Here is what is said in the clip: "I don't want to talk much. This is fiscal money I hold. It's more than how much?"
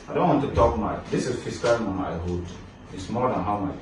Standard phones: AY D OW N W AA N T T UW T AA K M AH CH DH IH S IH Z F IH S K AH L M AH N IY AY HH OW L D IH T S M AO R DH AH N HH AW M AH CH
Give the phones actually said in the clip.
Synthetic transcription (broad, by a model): AY D OW N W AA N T T UW T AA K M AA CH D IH S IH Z F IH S K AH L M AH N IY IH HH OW D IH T S M AO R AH N HH AW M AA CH